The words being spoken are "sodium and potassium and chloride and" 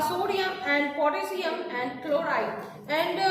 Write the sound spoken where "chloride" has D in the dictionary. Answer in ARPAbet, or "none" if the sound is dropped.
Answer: none